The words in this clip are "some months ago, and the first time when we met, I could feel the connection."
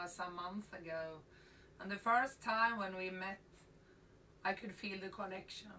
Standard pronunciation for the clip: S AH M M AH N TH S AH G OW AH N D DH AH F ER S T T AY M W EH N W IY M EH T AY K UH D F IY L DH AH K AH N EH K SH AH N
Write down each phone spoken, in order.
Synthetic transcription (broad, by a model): S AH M M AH N TH AH G OW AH N DH AH F ER S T T AY M W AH N W IY M EH T AY K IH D F IY L DH AH K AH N EH K SH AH N